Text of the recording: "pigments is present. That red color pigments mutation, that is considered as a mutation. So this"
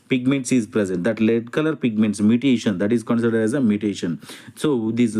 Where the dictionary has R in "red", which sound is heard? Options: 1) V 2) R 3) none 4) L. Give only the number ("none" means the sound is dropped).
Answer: 4